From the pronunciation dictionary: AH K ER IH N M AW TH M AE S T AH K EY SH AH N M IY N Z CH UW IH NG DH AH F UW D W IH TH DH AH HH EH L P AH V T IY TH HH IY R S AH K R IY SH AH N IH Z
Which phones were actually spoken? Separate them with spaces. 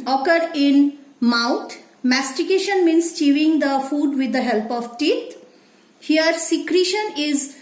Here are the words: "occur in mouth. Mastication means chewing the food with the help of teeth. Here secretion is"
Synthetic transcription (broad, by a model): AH K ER IH N M AW T M AE S T AH K EY SH AH N M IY N S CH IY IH NG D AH F UW D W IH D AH HH EH L P AH V T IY T HH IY R S AH K R IY SH AH N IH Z